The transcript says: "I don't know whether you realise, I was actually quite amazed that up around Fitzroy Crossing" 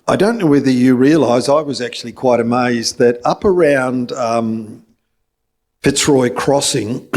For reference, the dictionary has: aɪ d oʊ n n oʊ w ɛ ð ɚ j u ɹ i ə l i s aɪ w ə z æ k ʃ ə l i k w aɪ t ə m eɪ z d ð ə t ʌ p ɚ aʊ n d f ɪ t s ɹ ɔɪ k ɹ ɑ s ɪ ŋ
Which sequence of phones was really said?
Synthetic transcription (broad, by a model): aɪ d oʊ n n oʊ w ɛ ð ɚ j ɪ ɹ i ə l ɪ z aɪ w ə z æ k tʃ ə l i k w aɪ t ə m eɪ z ð ə t ʌ p ɚ aʊ n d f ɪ t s ɹ ɔɪ k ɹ ɑ s ɪ ŋ